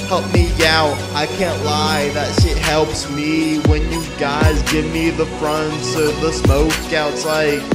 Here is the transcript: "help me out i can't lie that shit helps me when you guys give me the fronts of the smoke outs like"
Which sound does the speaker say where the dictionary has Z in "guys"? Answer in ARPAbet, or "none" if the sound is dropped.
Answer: Z